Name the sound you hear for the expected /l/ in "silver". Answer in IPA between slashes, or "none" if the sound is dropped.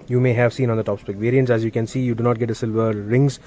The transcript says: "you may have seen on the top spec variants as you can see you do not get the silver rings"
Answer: /l/